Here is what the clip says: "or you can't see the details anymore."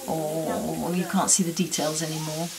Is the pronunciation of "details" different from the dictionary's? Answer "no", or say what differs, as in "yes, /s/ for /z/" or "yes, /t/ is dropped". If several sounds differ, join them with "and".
no